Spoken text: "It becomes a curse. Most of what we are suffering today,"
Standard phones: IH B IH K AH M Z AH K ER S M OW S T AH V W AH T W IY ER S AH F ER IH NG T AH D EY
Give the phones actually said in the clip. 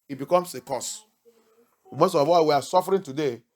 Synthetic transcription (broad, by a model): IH B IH K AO M S AH K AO S M OW S T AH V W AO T W IY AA S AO F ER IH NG T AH D EY